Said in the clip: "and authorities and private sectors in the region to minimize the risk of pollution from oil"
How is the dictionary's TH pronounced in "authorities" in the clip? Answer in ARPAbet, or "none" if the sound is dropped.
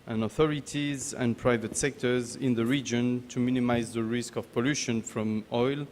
TH